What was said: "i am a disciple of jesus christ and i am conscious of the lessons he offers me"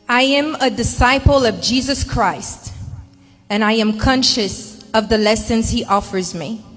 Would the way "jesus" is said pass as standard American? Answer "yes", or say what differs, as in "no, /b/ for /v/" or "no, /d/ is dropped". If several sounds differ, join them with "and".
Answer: yes